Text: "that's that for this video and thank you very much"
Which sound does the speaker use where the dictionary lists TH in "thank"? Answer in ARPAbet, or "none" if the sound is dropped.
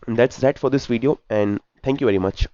T